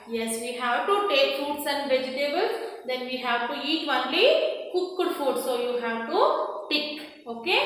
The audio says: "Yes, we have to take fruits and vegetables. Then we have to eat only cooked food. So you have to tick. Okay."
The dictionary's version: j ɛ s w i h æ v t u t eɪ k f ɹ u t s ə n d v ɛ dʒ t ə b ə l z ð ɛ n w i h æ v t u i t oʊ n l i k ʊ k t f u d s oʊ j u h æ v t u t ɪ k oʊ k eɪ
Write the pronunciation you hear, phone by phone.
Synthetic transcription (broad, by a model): j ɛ s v i h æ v t u t eɪ k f u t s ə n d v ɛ dʒ t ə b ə l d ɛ n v i h æ v t u i t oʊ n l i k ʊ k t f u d s oʊ j u h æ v t u t ɪ k oʊ k eɪ